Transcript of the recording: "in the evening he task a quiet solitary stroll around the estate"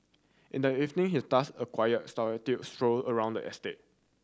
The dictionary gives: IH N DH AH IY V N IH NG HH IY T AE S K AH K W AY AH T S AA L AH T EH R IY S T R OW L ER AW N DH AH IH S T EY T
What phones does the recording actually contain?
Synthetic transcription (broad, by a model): IH N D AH IY V N IH NG HH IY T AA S AH K W AY AH T S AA AH T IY S T R OW L ER AW N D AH IH S T EY T